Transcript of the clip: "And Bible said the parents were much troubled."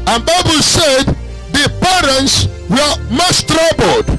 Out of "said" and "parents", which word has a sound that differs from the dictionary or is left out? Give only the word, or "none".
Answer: none